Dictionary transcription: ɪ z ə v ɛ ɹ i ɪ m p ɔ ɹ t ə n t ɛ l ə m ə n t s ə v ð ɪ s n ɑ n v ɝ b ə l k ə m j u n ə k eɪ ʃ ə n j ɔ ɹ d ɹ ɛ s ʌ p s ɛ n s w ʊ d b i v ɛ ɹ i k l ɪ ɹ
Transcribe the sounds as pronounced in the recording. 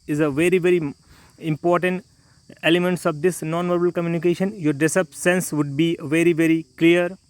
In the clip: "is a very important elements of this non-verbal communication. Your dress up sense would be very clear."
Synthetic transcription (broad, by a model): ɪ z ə v ɛ ɹ i ɪ m p ɔ ɹ t ə n t ɛ l ə m ə n t s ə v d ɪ s n ɑ n v ɝ b ə l k ə m j u n ə k eɪ ʃ ə n j ɔ ɹ d ɛ s ʌ p s ɛ n s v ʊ d b i v ɛ ɹ i k l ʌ ɹ